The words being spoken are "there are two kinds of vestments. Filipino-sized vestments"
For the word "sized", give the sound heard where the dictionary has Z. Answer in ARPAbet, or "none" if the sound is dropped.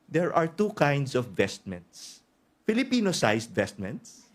S